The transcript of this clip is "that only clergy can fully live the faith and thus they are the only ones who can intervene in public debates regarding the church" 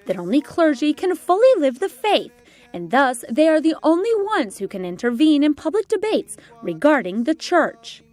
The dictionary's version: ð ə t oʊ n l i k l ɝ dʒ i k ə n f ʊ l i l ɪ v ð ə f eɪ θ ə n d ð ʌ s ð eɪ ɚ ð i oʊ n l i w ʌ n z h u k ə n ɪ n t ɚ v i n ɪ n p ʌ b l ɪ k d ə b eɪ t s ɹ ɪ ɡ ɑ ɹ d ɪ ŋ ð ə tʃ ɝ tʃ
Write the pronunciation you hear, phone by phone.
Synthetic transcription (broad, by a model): ð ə t oʊ n l i k l ɝ dʒ i k ə n f ʊ l i l ɪ v ð ə f eɪ θ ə n ð ʌ s ð eɪ ɚ ð i oʊ n l i w ʌ n z h u k ə n ɪ n t ɚ v i n ɪ n p ʌ b l ɪ k d ə b eɪ t s ɹ ɪ ɡ ɑ ɹ d ɪ ŋ ð ə tʃ ɝ tʃ